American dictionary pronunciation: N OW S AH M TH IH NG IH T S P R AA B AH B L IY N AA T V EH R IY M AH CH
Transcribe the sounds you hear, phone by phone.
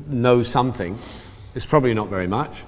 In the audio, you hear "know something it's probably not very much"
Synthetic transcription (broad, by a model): N OW S AH M TH IH NG IH T S P R AA B AH B L IY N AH T V EH R IY M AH CH